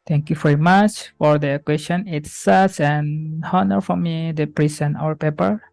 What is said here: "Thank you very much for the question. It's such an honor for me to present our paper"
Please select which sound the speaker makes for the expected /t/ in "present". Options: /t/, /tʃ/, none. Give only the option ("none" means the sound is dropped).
none